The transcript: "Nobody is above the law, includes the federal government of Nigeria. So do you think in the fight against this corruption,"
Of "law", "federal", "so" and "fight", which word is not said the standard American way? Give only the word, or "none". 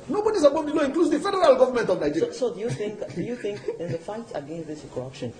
so